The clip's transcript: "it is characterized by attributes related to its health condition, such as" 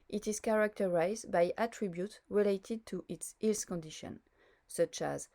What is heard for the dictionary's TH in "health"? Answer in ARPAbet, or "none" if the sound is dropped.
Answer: S